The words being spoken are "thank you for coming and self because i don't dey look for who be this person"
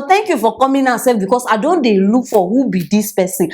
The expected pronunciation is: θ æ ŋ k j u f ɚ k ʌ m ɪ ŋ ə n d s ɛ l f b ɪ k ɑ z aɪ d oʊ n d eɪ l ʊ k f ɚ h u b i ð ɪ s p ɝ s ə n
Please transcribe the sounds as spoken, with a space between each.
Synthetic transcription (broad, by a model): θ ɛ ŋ k j u f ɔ k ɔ m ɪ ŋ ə s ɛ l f b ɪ k ɑ s aɪ d oʊ n d eɪ l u k f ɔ h u b i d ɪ s p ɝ s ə n